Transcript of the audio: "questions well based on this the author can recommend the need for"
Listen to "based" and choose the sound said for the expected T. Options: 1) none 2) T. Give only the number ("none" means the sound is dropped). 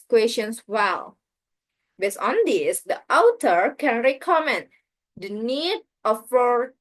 1